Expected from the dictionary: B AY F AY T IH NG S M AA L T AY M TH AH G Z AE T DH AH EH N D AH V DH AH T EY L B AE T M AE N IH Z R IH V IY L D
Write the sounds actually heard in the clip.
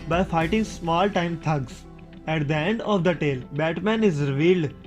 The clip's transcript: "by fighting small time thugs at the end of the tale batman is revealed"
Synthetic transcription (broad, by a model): B AY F AY T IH NG S M AA L T AY M T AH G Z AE T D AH EH N D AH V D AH T EY L B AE T M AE N IH Z R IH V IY L D